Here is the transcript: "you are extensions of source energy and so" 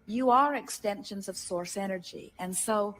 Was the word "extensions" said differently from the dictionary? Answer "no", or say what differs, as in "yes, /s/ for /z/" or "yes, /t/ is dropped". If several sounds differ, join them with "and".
no